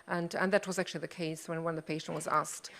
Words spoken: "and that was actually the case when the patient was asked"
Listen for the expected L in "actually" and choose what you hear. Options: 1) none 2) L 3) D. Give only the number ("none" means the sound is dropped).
2